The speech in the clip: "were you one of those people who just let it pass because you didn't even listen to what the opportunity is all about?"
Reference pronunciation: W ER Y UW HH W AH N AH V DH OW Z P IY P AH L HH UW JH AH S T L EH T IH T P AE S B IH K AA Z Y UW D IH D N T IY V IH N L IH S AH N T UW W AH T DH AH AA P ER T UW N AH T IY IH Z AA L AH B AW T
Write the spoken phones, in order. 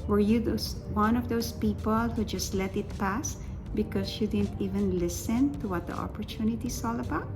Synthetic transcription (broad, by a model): W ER Y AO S W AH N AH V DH OW S P IY P AH L HH UW JH AH S T L EH T IH T P AE S B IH K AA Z Y UW D IH D N T IY V IH N L IH S AH N T UW W AH T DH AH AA P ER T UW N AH T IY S AA L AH B AW T